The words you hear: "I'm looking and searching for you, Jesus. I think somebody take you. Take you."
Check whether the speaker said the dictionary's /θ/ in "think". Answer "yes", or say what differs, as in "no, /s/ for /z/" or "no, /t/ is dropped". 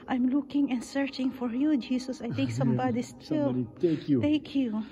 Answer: no, /t/ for /θ/